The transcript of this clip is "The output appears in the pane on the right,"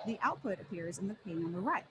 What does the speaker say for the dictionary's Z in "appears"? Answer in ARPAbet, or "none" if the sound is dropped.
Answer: Z